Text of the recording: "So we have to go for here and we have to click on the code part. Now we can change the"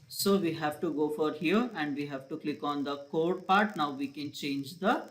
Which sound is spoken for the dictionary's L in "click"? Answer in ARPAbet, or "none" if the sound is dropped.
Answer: L